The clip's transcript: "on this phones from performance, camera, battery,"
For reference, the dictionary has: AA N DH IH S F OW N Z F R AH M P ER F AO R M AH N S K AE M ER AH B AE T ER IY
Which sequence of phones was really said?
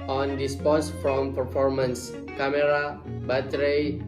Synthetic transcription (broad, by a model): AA N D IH S P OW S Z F R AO M P ER F AO R M AH N S K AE M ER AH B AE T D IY